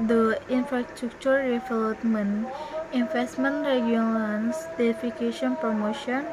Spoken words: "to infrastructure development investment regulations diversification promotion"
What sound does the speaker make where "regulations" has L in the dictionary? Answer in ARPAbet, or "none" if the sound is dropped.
N